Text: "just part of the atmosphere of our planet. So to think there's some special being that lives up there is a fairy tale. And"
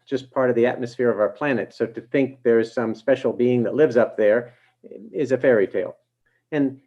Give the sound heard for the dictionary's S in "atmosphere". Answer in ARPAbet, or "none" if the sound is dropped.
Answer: S